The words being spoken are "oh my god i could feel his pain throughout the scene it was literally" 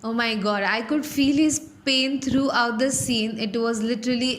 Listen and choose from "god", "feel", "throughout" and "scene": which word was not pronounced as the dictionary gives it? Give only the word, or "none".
throughout